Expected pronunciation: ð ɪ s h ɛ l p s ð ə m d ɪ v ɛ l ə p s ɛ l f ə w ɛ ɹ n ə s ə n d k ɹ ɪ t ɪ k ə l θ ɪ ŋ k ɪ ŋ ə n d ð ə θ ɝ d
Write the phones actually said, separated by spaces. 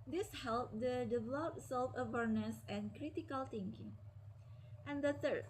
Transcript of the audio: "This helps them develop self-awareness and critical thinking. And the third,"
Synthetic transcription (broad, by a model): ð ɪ s h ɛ l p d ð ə d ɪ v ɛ l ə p s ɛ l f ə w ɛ ɹ n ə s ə n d k ɹ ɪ t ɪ k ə l t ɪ ŋ k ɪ ŋ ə n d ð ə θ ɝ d